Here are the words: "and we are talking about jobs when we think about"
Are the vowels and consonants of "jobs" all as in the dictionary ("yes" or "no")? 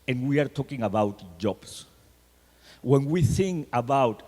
no